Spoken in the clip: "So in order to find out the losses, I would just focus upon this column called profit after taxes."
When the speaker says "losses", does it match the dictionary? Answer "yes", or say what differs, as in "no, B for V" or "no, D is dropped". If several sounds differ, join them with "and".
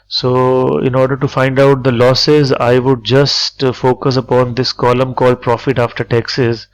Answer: yes